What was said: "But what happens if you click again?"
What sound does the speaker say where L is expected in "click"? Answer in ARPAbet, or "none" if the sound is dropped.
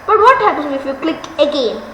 L